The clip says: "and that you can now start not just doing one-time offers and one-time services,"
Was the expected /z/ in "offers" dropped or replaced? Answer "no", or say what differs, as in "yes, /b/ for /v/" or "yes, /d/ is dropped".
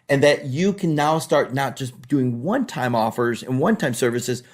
no